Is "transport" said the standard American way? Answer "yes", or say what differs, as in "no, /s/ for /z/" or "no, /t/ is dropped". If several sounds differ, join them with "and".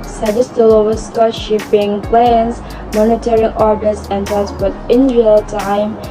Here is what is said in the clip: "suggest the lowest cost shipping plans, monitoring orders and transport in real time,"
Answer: no, /ɹ/ is dropped and /n/ is dropped